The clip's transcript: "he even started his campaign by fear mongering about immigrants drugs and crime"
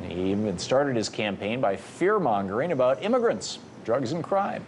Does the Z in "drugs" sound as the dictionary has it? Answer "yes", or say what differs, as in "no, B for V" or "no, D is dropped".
yes